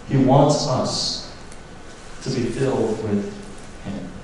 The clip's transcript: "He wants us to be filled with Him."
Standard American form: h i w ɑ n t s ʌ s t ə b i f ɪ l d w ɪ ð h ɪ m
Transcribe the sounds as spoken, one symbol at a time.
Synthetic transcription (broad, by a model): h i w ɑ n t s ʌ s t ə b i f ɪ l d w ɪ ð h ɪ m